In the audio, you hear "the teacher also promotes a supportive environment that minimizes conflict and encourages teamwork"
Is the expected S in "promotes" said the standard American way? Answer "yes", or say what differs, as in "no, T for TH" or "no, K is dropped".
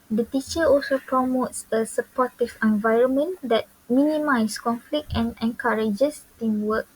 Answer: yes